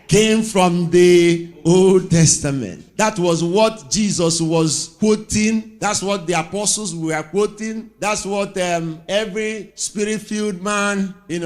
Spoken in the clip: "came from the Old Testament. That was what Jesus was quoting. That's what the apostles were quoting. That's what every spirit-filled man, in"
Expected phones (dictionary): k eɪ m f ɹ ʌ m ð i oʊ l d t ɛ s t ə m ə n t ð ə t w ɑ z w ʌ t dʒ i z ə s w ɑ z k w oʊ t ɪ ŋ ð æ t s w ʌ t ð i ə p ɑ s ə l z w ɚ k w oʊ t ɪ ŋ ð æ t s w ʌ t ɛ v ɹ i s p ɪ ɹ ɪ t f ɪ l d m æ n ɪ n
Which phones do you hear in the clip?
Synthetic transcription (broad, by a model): k eɪ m f ɹ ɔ m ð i oʊ l d t ɛ s t ə m ə n t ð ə t w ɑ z w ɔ t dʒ i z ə s w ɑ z k w oʊ t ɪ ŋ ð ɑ t s w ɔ t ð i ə p ɑ s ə l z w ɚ k w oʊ t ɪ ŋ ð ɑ t s w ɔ t ɛ v ɹ i s p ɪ ɹ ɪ t f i l d m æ n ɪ n